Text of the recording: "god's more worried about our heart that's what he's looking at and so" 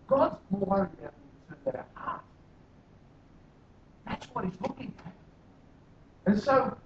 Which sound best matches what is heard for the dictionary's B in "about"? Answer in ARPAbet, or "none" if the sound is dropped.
none